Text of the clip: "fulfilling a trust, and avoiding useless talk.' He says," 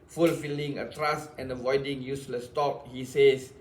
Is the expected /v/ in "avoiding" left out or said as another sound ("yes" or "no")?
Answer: no